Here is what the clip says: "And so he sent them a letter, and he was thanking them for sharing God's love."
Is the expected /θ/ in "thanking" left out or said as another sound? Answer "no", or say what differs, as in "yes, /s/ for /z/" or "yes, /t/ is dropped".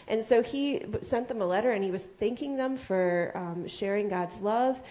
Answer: no